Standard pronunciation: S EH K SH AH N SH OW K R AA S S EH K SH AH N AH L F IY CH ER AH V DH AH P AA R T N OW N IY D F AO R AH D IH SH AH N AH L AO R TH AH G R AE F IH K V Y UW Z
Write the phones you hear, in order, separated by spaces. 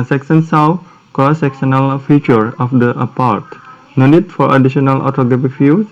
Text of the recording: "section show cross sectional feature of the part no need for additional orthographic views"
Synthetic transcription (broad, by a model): S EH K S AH N S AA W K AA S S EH K S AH N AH L F IY CH ER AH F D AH P AA R T N OW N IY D F AO R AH D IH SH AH N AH L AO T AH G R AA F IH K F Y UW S